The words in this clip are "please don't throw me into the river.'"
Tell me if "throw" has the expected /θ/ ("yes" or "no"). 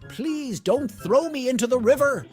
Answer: yes